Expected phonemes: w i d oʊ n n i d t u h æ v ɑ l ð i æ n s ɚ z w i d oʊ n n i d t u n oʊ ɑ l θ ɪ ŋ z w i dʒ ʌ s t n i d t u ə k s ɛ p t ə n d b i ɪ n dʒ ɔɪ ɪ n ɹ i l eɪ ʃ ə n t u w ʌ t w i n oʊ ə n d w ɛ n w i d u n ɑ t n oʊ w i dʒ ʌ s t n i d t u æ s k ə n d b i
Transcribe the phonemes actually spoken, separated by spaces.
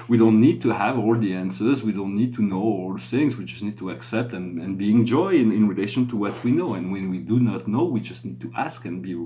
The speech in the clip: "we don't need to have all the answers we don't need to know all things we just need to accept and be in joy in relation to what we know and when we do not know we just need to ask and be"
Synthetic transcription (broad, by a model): w i d oʊ n n i d t u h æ v ɑ l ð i æ n s ɚ z w i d oʊ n n i d t u n oʊ ɑ l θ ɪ ŋ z w i dʒ ʌ s t n i d t u ə k s ɛ p t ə n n b i ɪ n dʒ ɔɪ ɪ n ɹ i l eɪ ʃ ə n t u w ʌ t w i n oʊ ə n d w ɛ n w i d u n ɑ t n oʊ w i dʒ ʌ s t n i d t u æ s k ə n b i